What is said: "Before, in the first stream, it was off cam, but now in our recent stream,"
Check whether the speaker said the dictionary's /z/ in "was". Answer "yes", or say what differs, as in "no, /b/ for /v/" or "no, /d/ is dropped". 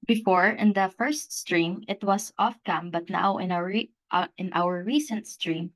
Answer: no, /s/ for /z/